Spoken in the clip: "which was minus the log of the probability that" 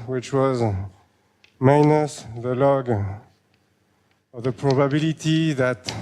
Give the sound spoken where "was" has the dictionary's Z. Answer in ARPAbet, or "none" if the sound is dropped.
Z